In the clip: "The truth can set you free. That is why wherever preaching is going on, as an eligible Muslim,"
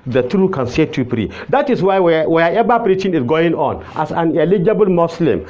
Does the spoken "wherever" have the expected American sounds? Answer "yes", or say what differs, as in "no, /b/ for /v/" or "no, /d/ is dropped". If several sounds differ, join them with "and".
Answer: no, /w/ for /ɹ/